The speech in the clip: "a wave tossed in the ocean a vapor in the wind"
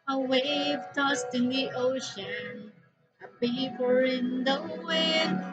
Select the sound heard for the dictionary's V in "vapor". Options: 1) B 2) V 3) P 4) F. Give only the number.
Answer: 1